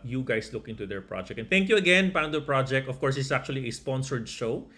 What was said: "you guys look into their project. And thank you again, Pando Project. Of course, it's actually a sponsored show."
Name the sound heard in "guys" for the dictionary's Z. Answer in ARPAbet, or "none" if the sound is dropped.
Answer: S